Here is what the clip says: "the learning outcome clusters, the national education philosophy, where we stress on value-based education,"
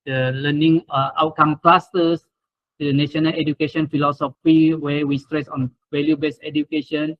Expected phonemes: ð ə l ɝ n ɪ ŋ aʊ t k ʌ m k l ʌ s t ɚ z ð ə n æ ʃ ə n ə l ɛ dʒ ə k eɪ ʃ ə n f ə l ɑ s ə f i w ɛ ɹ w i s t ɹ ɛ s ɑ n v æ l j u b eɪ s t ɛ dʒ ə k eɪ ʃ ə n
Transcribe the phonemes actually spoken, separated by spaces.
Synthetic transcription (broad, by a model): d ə l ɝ n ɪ ŋ aʊ t k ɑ m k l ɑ s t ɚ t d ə n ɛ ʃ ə n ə l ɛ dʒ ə k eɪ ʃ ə n f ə l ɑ s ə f i w ɛ w i s t ɹ ɛ s ɑ n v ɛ l j u b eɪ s ɛ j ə k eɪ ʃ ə n